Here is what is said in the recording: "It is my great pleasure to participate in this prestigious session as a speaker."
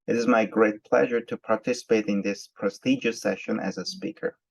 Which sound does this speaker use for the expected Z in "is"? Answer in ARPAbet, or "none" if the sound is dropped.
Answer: Z